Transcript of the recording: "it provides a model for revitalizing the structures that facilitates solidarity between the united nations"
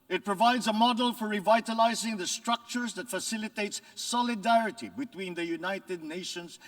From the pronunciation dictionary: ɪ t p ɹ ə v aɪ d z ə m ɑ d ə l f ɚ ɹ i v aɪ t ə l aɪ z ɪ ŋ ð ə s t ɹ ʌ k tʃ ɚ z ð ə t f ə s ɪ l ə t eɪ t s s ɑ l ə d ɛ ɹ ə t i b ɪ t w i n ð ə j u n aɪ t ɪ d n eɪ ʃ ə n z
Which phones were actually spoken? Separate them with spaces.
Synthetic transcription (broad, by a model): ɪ t p ɹ ə v aɪ d z ə m ɑ d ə l f ɚ ɹ i v aɪ t ə l aɪ z ɪ ŋ ð ə s t ɹ ʌ k tʃ ɚ z ð ə t f ə s ɪ l ə t eɪ t s s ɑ l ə d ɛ ɹ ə t i b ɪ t w i n ð ə j u n aɪ t ɪ d n eɪ ʃ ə n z